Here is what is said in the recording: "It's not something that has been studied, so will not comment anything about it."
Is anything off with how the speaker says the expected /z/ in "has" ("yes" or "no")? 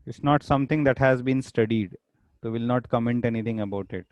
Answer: no